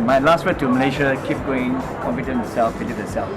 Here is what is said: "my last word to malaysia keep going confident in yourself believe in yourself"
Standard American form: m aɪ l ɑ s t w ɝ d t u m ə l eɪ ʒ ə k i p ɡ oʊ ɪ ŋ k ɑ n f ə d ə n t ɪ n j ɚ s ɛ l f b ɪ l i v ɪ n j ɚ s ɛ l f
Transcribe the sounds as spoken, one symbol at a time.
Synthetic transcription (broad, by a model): m aɪ l ɑ s t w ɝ t u m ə l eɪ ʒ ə k i p ɡ oʊ ɪ ŋ k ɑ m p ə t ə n ɪ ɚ s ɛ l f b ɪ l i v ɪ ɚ s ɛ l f